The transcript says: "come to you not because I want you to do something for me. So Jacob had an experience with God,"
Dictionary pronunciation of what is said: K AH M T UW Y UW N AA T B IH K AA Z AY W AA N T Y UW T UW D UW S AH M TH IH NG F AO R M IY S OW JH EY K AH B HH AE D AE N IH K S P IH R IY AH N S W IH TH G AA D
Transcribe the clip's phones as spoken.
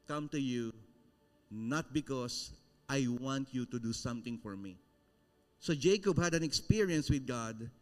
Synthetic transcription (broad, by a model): K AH M T UW Y UW N AA T B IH K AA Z AY W AA N T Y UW T UW D UW S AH M T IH NG F AO R M IY S OW JH EY K AH B HH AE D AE N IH K S P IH R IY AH N S W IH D G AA D